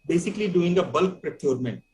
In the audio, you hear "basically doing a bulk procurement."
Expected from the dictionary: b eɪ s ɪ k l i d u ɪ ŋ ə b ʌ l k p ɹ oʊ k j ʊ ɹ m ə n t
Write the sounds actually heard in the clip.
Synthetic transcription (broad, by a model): b eɪ s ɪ k l i d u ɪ ŋ ə b ʌ l k p ɹ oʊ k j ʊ ɹ m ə n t